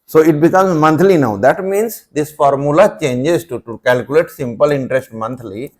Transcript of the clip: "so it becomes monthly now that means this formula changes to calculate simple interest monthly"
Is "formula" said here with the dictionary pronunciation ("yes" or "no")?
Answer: yes